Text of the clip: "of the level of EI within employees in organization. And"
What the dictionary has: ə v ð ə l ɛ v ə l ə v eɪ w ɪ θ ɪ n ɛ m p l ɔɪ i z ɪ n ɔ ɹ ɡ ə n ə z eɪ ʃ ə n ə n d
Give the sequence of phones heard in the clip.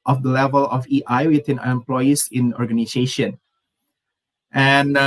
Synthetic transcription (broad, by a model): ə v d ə l ɛ v ə l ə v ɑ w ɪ t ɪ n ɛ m p l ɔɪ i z ɪ n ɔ ɹ ɡ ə n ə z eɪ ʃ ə n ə n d